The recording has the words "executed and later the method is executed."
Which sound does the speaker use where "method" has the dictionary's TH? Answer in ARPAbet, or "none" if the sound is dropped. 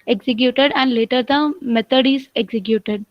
T